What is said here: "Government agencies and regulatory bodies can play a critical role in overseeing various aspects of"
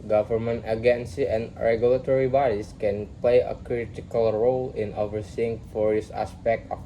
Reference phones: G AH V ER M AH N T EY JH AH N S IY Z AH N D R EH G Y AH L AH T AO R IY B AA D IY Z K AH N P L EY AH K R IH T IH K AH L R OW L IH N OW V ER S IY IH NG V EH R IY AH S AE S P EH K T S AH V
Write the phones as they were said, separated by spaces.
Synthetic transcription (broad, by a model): G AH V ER M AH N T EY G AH N S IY AH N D R EH G Y AH L AH T AO R IY B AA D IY S K AH N P L EY AH K R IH T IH K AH L R OW L IH N OW V ER S IY IH NG F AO R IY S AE S P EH K T AH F